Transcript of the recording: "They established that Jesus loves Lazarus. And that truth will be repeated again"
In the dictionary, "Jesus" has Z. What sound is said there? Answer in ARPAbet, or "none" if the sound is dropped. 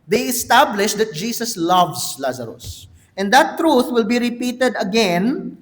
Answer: S